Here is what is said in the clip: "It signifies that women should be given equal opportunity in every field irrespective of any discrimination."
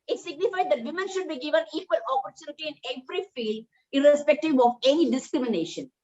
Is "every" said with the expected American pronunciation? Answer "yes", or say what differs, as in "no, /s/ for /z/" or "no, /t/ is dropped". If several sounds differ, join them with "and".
no, /p/ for /v/